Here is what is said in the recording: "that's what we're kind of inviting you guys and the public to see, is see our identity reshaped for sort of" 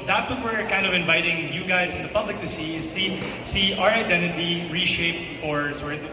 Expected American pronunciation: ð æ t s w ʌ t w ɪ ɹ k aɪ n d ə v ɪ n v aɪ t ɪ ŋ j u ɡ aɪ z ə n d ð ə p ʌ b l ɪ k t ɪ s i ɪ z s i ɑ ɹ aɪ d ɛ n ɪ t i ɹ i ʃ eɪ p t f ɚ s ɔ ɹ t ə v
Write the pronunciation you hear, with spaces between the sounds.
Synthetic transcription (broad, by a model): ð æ t s w ʌ t w ɪ ɹ k aɪ n d ə v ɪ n v aɪ t ɪ ŋ j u ɡ aɪ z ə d ð ə p ʌ b l ɪ k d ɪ s i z s i ɑ ɹ aɪ d ɛ n ɪ t i ɹ i ʃ eɪ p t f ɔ ɹ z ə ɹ